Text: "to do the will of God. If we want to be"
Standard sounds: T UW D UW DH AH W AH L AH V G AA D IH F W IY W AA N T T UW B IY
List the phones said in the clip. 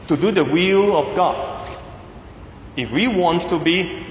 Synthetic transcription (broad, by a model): T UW D UW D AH W AH L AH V G AA D IH F W IY W AA N T T UW B IY